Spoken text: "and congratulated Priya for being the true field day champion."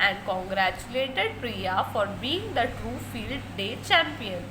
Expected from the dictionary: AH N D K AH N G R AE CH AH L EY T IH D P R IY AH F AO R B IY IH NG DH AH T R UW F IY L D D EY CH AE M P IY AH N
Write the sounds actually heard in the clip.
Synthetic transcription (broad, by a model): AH N D K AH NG G R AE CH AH L EY T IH D P R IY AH F AO R B IY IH NG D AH T UW F IY L D D EY CH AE M P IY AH N